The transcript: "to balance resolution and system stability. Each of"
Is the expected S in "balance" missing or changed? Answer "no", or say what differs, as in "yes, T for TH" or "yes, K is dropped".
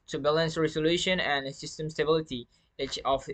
no